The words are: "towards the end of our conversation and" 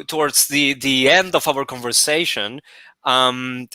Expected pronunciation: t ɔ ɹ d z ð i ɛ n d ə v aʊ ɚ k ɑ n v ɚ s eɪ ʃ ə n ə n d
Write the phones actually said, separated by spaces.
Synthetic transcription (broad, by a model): t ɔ ɹ d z ð i ɛ n d ə v aʊ ɚ k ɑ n v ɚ s eɪ ə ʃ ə n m